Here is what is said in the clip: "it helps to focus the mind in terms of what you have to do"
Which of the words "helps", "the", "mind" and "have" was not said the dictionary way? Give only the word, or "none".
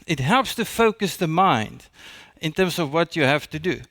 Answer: have